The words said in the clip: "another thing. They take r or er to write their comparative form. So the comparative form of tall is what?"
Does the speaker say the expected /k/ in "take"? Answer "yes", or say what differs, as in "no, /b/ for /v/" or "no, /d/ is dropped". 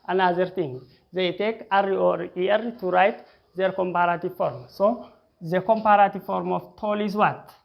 yes